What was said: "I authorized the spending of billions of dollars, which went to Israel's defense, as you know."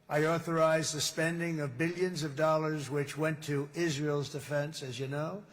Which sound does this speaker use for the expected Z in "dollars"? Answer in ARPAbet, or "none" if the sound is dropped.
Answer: Z